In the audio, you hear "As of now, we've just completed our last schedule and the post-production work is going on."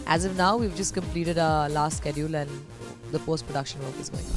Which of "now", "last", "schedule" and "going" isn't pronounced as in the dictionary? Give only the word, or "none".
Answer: none